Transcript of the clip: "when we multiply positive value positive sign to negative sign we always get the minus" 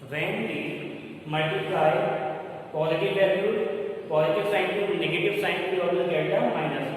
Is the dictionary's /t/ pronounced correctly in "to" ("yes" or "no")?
no